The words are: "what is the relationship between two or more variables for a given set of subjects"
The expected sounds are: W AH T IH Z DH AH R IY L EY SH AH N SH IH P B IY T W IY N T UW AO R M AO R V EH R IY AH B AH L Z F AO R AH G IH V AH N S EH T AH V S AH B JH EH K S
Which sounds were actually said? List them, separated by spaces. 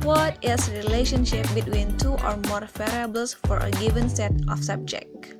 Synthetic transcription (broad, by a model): W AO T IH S R IY L EY SH AH N SH IH P B IY T W IY N T UW AO R M AO R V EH R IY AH B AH L S F AO R AH G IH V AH N S EH T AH F S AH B JH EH K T